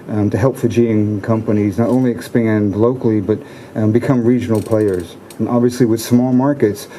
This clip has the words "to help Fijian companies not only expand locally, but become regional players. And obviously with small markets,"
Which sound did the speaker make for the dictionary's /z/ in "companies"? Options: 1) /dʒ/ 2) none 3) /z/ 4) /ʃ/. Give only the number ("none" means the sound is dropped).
3